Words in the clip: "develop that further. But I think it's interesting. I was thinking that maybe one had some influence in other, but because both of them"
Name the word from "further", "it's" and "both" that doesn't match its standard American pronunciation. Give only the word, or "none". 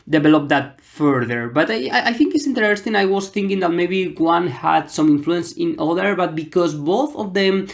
none